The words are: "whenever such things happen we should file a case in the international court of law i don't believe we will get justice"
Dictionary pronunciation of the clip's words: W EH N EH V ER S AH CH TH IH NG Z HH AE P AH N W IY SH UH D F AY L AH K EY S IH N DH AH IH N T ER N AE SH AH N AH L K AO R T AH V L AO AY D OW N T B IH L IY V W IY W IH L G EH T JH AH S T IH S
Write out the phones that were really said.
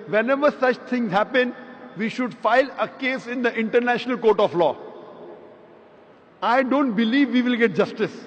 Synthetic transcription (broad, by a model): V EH N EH V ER S AH CH T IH NG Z HH AE P AH N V IY SH UH D F AY L AH K EY S IH N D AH IH N T ER N AE SH AH N AH L K AO R T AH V L AO AY D OW N T B IH L IY V IY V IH L G EH T JH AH S T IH S